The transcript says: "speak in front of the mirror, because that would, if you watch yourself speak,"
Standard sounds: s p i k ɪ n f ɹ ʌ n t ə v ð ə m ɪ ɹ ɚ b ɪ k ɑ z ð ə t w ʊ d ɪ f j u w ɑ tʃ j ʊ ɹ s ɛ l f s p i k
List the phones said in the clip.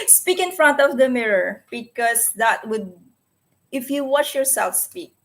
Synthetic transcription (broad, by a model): s p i k ɪ n f ɹ ʌ n t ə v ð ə m ɪ ɹ ɚ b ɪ k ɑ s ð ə t w ʊ d ɪ f j u w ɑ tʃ j ʊ ɹ s ɛ l f s p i k